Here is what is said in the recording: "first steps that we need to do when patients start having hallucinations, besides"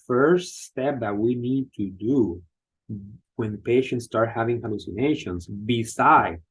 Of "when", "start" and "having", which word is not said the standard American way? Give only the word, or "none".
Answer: none